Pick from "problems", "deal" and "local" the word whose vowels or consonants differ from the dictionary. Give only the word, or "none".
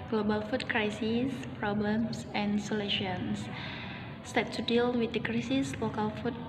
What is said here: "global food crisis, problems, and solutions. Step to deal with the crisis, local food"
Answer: problems